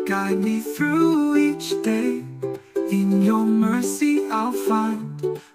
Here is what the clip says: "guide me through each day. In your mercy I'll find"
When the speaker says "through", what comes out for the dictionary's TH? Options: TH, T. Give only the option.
TH